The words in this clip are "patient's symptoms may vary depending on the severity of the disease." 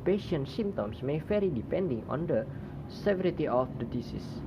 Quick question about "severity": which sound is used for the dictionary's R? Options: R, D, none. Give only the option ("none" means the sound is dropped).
R